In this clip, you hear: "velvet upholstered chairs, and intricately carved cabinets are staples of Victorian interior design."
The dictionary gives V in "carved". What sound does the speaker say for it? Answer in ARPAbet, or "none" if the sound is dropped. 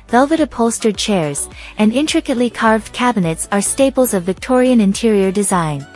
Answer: V